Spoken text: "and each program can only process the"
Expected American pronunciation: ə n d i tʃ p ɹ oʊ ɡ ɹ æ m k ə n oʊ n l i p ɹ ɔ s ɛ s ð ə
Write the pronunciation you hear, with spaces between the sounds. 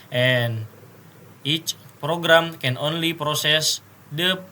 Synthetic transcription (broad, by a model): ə n i tʃ p ɹ oʊ ɡ ɹ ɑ m k ə n oʊ n l i p ɹ ɔ s ɛ s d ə